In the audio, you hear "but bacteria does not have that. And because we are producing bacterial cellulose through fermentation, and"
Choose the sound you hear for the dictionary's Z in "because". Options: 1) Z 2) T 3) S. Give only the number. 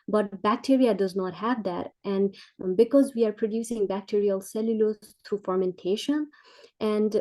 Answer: 1